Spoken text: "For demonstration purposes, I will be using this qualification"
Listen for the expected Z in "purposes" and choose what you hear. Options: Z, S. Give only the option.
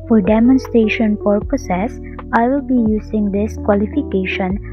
S